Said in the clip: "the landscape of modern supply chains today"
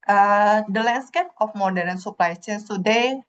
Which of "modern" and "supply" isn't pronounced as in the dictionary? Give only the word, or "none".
none